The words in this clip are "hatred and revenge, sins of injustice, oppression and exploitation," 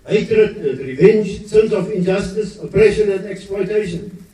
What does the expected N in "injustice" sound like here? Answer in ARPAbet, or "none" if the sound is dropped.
N